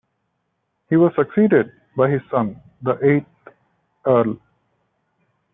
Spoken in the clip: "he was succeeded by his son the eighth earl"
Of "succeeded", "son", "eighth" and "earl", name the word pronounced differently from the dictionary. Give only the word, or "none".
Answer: eighth